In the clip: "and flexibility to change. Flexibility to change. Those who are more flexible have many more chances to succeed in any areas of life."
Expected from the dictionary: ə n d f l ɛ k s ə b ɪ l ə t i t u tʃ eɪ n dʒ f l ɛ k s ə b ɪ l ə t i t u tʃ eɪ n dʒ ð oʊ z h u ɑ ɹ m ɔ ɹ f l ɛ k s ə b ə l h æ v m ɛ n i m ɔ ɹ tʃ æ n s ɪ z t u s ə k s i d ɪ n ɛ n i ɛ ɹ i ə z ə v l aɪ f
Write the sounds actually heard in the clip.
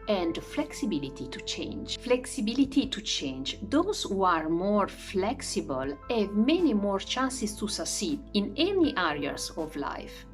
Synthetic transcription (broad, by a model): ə n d f l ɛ k s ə b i l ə t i t u tʃ eɪ n dʒ f l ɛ k s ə b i l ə t i t u tʃ eɪ n dʒ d oʊ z h u ɑ ɹ m ɔ ɹ f l ɛ k s ə b ə l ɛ v m ɛ n i m ɔ ɹ tʃ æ n s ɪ s t u s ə s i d ɪ n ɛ n i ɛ ɹ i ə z ə v l aɪ f